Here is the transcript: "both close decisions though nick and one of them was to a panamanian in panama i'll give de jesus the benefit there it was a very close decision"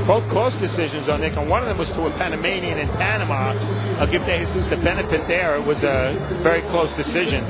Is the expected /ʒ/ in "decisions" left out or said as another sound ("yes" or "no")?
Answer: no